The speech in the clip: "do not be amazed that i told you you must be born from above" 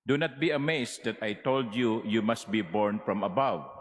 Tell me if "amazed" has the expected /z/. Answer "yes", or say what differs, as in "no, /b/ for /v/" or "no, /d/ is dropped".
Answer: no, /s/ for /z/